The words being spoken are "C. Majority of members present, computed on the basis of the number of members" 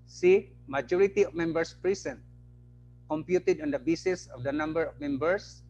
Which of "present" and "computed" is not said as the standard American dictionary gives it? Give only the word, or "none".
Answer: present